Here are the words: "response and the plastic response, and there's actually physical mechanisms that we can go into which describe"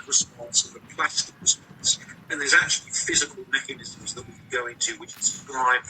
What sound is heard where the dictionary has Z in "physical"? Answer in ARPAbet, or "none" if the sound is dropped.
Z